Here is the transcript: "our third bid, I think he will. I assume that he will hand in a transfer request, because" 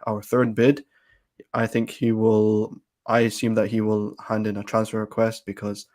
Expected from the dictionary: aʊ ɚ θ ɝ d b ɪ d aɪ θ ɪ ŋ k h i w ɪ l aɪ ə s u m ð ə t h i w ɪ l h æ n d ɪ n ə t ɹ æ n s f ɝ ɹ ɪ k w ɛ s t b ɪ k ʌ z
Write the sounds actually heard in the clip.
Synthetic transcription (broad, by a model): aʊ ɚ θ ɝ d b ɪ d aɪ θ ɪ ŋ k h i w ɪ l aɪ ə s u m ð ə t h i w ɪ l h æ n d ɪ n ə t ɹ æ n s f ɝ ɹ ɪ k w ɛ s t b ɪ k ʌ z